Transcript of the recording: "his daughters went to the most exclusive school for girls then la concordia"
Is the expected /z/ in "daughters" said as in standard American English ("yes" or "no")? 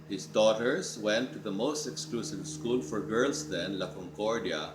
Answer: no